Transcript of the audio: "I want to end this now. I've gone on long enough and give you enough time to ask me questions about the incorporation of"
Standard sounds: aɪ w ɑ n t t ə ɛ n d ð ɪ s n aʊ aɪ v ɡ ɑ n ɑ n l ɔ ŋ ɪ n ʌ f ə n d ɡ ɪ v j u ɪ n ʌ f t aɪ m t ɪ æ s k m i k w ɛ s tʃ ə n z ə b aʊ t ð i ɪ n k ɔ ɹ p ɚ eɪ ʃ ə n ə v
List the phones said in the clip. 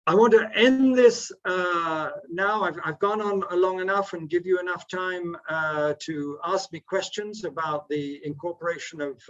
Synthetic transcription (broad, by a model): aɪ w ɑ n t t ɛ n ð ɪ s n aʊ aɪ v ɡ ɑ n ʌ n l ɔ ŋ ɪ n ʌ f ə n ɡ ɪ v j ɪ ɪ n ʌ f t aɪ m t ɪ æ s k m i k w ɛ s tʃ ə n z ə b aʊ t ð i ɪ n k ɔ ɹ p ɚ eɪ ʃ ə n ə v